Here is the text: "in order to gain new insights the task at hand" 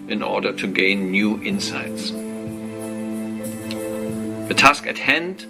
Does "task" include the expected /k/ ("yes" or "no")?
yes